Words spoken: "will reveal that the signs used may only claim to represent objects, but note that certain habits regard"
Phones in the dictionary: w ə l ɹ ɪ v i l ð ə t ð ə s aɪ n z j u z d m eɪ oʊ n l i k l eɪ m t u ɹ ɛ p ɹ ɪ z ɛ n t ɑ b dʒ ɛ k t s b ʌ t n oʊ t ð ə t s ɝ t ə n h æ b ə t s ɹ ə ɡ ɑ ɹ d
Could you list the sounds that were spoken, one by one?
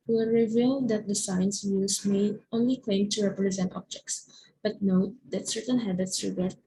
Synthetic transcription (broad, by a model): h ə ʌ ɹ ɪ v i l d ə t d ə s aɪ n s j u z m eɪ oʊ n l i k l eɪ m t u ɹ ɛ p ɹ ɪ z ɛ n t ɑ b dʒ ɛ k t s b ʌ t n oʊ t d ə t s ɝ t ə n h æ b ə t s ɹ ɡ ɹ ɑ